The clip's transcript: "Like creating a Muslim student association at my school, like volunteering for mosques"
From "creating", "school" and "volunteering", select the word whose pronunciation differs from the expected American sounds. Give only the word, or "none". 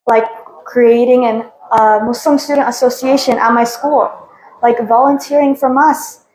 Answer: none